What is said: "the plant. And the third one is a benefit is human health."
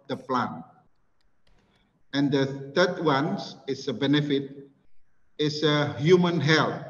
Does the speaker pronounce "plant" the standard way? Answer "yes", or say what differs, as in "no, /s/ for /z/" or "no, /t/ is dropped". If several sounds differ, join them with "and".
no, /t/ is dropped